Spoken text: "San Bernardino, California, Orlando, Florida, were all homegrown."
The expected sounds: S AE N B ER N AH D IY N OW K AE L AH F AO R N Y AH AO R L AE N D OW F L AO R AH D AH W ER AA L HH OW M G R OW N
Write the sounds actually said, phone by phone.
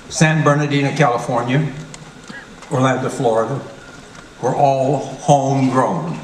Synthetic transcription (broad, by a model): S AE N B ER N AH D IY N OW K AE L AH F AO R N Y AH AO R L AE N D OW F L AO R AH D AH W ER AA L HH OW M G R OW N